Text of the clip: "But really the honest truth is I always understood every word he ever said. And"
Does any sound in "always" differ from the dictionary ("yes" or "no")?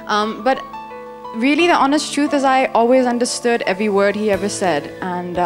no